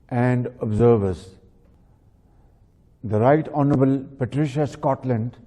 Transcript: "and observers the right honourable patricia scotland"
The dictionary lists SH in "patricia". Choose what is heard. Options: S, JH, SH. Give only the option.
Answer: SH